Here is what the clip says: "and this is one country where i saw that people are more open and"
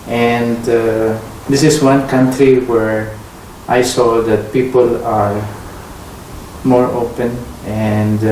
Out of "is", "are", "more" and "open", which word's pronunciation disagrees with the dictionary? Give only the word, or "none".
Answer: is